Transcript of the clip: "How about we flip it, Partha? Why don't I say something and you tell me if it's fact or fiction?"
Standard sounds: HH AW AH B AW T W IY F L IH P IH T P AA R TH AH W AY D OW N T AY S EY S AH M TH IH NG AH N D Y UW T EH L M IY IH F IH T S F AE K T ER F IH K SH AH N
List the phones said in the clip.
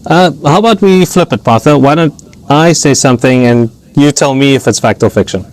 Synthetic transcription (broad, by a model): HH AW AH B AW T W IY F L IH P IH T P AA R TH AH W AY D OW N T AY S EY S AH M TH IH NG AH N Y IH T EH L M IY IH F IH T S F AE K T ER F IH K SH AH N